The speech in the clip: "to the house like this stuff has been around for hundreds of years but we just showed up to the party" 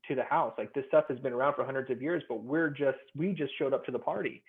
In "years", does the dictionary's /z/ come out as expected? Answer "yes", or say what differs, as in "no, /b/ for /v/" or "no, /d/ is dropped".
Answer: yes